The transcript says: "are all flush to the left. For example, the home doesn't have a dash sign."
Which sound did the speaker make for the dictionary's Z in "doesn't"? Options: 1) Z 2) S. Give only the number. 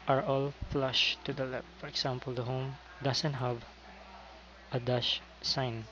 2